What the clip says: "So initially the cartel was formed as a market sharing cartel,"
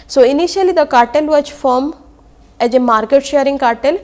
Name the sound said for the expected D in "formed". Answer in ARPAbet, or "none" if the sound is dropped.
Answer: none